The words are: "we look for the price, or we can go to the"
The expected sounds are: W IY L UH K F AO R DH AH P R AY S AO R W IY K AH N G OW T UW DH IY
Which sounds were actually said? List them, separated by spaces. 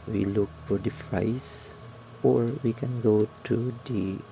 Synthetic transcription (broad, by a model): W IY L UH K F AO R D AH F R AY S AO R W IY K AH N G OW T UW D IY